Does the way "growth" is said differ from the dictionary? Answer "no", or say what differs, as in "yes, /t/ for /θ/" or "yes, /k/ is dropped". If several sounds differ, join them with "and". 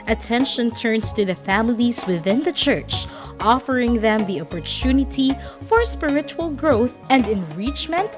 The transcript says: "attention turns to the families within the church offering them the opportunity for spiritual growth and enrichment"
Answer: no